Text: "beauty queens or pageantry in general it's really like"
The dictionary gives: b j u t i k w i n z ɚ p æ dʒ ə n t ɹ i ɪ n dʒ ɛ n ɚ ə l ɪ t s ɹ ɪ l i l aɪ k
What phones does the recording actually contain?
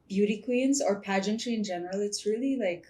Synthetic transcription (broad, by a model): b j u t i k w i n z ɚ p æ dʒ ə n t ɹ i ɪ n dʒ ɛ n ɚ ə l ɪ t s ɹ ɪ l i l aɪ k